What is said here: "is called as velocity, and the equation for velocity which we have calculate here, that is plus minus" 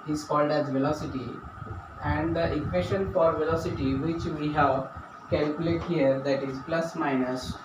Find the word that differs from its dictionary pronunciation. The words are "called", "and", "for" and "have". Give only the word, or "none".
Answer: none